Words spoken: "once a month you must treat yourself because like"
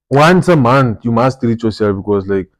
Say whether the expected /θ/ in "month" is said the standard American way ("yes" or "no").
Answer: no